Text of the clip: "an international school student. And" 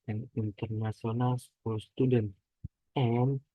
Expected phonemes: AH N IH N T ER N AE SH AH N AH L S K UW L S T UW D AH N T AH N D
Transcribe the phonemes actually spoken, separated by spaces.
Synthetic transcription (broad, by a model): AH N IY N T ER N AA S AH N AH L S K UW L S T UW D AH N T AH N